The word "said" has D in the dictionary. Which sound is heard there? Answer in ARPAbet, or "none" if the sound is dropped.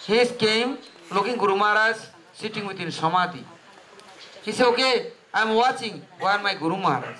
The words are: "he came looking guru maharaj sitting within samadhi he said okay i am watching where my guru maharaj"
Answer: none